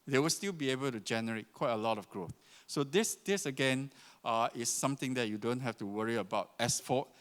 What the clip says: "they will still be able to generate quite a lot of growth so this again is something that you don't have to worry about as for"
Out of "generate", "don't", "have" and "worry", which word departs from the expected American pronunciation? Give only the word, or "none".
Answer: have